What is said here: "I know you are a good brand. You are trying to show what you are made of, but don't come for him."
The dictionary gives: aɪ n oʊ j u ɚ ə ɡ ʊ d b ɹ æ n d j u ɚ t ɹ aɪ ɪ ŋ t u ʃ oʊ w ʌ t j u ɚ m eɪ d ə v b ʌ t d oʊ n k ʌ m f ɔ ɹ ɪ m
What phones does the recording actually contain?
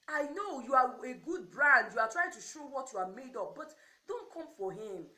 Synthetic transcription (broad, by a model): aɪ n oʊ j u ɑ ə ɡ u d b ɹ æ n d j u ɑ t ɹ aɪ ɪ ŋ t u ʃ oʊ w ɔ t j u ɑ m eɪ d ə p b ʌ t d oʊ n k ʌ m f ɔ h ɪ m